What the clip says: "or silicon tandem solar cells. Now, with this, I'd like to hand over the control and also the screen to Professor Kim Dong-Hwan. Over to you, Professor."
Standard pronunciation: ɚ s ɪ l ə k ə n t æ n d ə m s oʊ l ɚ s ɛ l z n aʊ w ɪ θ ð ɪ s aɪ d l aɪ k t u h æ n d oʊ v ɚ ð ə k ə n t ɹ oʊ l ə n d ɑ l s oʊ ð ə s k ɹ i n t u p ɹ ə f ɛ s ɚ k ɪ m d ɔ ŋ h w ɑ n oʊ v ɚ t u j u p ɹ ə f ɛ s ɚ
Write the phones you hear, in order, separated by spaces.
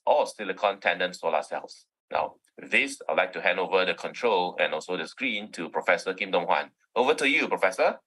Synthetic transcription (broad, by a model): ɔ s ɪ l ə k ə n t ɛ n d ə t s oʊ l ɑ s ɛ l s n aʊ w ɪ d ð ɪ s aɪ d l aɪ k t u h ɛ n d oʊ v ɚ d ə k ə n t ɹ oʊ l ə n ɑ l s oʊ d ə s k ɹ i n t u p ɹ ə f ɛ s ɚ k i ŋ d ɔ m h w ɑ n oʊ v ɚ t u j u p ɹ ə f ɛ s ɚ